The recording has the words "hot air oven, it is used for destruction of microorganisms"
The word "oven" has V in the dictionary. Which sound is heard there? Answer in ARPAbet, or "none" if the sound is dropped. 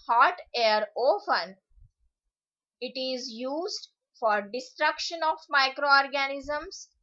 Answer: P